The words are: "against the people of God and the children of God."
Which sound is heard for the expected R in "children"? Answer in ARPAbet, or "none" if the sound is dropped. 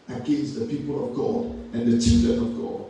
none